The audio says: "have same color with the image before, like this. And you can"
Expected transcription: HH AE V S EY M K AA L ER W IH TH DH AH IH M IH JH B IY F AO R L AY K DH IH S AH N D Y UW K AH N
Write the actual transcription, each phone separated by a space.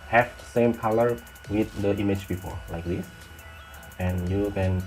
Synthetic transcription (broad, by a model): HH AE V S EY M K AA L ER W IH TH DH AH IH M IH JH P IY P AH L L AY K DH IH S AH N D Y UW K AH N